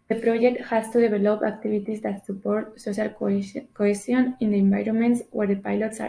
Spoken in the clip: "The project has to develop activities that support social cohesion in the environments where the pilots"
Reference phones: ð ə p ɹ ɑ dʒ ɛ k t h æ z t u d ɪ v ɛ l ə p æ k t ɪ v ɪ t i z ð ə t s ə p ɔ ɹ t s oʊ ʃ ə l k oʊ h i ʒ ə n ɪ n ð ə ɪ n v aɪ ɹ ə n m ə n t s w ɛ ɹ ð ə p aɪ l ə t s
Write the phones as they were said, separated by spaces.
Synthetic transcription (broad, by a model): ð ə p ɹ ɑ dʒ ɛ k t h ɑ s t u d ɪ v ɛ l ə p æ k t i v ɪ t i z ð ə t s ə p ɔ ɹ t s oʊ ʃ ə l k oʊ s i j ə n ɪ n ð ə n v aɪ ɹ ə n m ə n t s w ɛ ɹ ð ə p aɪ l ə t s